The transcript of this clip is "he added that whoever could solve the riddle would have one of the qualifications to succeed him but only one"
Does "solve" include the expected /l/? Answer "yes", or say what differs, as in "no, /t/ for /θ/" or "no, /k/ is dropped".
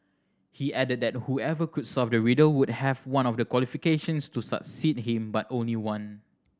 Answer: no, /l/ is dropped